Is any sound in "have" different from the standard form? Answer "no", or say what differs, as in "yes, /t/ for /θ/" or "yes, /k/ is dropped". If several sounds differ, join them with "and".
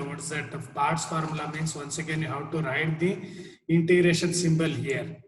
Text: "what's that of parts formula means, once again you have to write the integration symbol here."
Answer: yes, /w/ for /v/